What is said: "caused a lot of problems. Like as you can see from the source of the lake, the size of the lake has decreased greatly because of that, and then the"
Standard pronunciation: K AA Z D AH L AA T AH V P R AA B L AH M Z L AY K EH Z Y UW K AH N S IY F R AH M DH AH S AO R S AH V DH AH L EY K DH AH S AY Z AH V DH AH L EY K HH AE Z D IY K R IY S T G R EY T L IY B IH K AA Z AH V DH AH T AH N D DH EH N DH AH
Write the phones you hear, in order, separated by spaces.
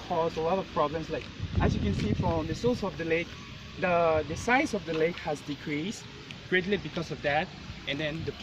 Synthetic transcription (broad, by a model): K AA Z AH L AA T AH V P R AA B L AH M S L AY K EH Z Y UW K AH N S IY F R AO M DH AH S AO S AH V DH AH L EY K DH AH S AY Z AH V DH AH L EY K HH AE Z D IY K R IY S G R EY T L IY B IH K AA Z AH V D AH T AH N D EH N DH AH